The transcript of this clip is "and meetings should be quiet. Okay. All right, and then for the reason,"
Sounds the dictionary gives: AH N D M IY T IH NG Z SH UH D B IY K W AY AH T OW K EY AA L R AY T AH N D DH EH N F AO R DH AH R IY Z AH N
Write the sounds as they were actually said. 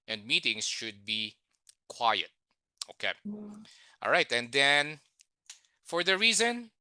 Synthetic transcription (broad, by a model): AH N D M IY T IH NG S SH UH D B IY K W AY AH T OW K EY AA L R AY T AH N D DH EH N F AO R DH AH R IY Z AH N